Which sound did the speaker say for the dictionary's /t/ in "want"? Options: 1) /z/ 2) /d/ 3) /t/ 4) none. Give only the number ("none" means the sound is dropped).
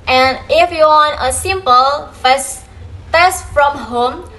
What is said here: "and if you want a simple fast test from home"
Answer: 4